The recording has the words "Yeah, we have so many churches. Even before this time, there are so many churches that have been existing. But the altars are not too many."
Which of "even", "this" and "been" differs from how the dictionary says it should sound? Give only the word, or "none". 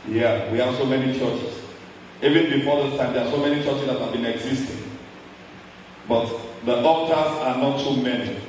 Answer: this